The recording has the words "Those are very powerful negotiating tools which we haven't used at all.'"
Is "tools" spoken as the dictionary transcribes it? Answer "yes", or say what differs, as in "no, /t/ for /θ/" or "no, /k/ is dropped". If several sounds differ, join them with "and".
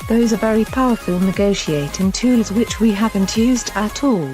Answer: yes